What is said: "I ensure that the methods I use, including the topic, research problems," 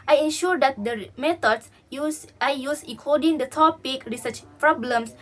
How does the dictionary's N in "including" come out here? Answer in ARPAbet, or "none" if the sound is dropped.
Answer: none